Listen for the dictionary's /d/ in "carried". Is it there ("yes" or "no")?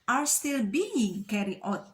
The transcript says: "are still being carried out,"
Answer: no